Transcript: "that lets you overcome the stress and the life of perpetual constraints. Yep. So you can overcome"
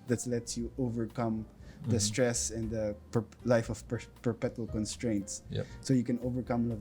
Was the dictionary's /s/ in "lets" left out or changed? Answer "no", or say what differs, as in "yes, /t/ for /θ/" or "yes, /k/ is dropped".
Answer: yes, /s/ is dropped